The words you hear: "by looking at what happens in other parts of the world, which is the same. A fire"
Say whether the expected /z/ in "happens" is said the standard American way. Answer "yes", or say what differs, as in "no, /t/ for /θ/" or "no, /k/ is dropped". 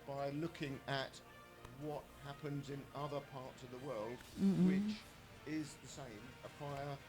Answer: yes